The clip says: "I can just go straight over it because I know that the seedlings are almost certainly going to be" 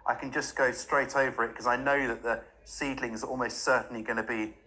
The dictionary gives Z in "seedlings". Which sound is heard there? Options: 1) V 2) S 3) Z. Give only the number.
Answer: 3